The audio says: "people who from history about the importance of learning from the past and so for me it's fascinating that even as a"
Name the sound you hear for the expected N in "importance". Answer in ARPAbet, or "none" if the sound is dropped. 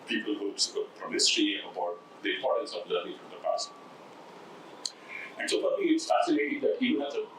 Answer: none